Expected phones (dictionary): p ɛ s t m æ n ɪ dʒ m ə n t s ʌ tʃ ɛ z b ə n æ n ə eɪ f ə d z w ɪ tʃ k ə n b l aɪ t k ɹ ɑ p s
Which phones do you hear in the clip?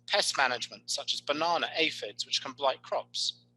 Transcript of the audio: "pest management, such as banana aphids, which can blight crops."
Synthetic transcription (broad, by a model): p ɛ s m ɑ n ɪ dʒ m ə n t s ʌ tʃ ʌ z b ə n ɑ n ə eɪ f ə d z w ɪ tʃ k ə n b l aɪ t k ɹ ɑ p s